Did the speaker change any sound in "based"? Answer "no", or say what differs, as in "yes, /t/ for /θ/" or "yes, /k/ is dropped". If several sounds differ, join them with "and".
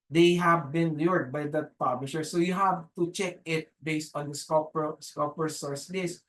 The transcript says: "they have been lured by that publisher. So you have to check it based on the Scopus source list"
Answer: no